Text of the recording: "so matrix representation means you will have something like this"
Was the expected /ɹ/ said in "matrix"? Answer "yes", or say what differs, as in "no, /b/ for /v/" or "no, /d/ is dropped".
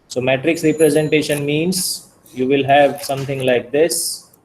yes